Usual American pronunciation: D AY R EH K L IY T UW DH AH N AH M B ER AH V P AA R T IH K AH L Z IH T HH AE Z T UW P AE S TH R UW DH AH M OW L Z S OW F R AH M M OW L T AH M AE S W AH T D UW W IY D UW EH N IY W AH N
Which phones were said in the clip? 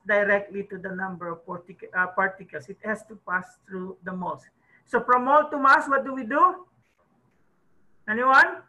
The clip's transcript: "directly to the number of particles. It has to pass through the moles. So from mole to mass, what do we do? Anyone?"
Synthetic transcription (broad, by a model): D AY R EH K L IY T UW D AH N AH M B ER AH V P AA R T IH K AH L S IH T HH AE S T UW P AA S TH R UW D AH M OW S S OW P R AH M M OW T T AH M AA S W AH T D UW W IY D UW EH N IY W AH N